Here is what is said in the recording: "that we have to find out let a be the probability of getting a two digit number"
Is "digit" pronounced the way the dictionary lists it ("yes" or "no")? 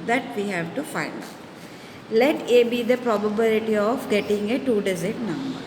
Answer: no